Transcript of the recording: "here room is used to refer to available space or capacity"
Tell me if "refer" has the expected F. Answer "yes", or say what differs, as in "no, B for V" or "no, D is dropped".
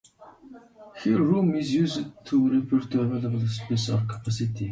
no, P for F